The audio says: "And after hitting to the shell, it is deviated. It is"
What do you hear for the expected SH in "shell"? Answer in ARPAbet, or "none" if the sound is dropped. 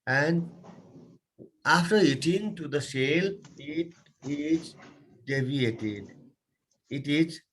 S